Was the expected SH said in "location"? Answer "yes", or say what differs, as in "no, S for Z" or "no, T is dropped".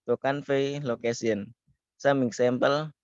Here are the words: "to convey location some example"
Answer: no, S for SH